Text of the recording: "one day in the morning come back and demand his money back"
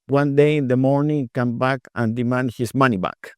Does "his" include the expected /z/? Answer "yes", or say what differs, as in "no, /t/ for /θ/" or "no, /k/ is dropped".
no, /s/ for /z/